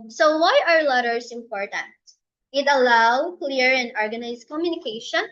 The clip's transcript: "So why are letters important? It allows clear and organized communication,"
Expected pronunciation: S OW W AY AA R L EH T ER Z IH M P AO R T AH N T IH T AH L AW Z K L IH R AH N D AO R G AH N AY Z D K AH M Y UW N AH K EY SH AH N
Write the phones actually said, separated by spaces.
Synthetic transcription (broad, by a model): S OW W AY AA R L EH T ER S IH M P AO R T AH N T IH T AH L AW K L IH R AH N D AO R G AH N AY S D K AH M Y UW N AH K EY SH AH N